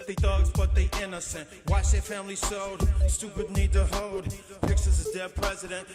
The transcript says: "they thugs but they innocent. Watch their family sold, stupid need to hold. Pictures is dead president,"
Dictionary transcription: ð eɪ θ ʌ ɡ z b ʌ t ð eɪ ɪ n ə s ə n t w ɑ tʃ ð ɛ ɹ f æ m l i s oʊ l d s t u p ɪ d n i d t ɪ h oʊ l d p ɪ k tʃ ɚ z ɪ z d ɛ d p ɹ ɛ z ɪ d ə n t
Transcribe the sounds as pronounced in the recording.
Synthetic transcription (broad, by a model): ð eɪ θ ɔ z b ʌ t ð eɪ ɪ n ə s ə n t w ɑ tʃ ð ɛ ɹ f æ m l i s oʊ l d s t u p ɪ d n i d t ɪ h oʊ l d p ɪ k s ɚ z ɪ z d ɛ p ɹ ɛ z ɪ d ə n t